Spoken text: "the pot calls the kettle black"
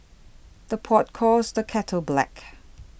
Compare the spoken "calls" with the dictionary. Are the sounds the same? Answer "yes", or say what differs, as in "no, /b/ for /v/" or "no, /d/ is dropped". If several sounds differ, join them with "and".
no, /l/ is dropped